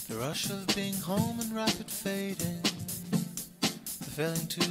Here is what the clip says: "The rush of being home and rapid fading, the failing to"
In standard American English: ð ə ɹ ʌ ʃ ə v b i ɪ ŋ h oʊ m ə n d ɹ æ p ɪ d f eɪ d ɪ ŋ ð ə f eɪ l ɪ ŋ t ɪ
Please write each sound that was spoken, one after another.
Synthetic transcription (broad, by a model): ð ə ɹ ʌ ʃ ə v b i ɪ ŋ h oʊ m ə n ɹ æ p ɪ d f eɪ d ɪ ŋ ð ə f eɪ l ɪ ŋ t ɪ